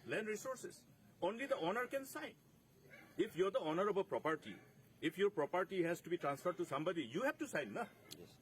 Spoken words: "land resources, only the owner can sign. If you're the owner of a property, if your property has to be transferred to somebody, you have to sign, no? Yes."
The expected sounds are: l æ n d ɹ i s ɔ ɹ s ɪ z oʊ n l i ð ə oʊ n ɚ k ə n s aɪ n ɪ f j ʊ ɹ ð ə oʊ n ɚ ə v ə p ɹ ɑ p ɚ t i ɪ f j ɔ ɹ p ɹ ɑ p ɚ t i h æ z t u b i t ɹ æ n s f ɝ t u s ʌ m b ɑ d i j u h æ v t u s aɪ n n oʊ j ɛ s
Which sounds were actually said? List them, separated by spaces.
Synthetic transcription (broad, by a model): l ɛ n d ɹ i s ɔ ɹ s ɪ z oʊ n l i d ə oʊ n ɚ k ə n s aɪ n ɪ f j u ɹ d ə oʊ n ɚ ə b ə p ɹ ɑ p ɚ t i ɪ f j ɔ ɹ p ɹ ɑ p ɚ t i h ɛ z t u b i t ɹ æ n s f ɝ t u s ʌ m b ɑ d i j u h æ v t u s aɪ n n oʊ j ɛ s